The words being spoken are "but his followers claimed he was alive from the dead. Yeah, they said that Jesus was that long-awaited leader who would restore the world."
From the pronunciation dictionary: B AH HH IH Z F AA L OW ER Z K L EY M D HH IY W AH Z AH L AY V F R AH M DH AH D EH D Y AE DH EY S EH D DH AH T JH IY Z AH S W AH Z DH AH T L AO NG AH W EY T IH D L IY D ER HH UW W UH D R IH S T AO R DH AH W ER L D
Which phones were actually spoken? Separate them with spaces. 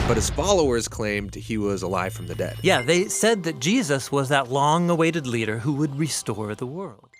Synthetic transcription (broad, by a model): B AH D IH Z F AA L OW ER Z K L EY M D HH IY W AH Z AH L AY V F R AH M DH AH D EH D Y AE DH EY S EH D DH AH T JH IY Z AH S W AH Z DH AH T L AO NG AH W EY T IH D L IY D ER HH UW W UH D R IH S T AO R DH AH W ER L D